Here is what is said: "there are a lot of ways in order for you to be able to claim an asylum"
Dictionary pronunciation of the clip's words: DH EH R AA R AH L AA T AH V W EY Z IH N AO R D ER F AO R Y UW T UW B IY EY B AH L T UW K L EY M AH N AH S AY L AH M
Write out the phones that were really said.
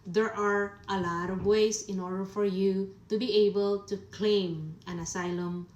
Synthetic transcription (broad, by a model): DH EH R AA R AH L AA T AH V W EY S IH N AO R D ER F AO R Y UW T UW B IY EY B AH L T UW K L EY M AH N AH S AY L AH M